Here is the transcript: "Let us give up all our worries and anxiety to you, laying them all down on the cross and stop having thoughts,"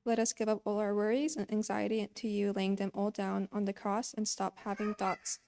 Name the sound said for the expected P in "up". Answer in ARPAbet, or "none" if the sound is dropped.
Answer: P